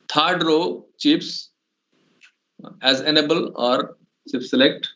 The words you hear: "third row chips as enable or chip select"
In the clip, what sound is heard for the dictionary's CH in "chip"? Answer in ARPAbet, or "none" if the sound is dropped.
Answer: S